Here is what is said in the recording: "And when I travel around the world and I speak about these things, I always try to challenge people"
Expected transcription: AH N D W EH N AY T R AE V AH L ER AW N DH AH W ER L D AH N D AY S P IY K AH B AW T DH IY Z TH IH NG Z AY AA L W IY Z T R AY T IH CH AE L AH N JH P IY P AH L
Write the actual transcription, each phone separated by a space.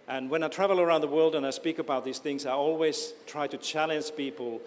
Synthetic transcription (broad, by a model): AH N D W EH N AY T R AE V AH L ER AW N DH AH W ER L D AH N AY S P IY K AH B AW T DH IY Z TH IH NG Z AY AA L W IY Z T R AY T IH CH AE L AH N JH P IY P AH L